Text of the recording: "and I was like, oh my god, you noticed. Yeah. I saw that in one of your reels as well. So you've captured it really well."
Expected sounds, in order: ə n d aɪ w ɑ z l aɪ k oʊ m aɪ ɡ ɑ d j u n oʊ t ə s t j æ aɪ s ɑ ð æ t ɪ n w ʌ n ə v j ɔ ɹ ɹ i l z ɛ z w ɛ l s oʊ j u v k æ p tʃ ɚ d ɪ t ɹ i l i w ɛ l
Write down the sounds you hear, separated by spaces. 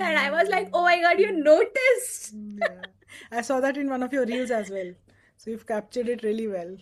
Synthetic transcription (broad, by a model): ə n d aɪ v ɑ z l aɪ k oʊ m aɪ ɡ ɑ d j u n oʊ t ə s t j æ aɪ s ɑ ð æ t ɪ n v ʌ n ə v j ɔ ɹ ɹ i l z ɛ z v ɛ l s oʊ j u v k æ p tʃ ɚ d ɪ t ɹ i l i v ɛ l